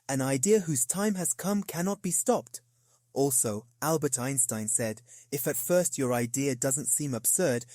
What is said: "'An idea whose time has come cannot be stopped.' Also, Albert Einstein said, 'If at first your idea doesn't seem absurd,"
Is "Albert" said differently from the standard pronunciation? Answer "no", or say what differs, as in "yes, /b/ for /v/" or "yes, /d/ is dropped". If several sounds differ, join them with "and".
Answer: no